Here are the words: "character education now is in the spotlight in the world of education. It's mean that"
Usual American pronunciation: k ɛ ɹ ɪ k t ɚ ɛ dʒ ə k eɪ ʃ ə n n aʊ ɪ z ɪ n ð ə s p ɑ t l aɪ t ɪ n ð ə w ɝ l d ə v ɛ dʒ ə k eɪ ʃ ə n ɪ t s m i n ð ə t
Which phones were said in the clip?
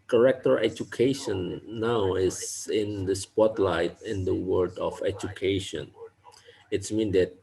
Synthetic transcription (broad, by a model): k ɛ ɹ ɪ k t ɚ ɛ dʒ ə k eɪ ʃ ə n n aʊ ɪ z ɪ n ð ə s p ɑ t l aɪ t ɪ n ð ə w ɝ d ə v ɛ dʒ ə k eɪ ʃ ə n ɪ t s m i n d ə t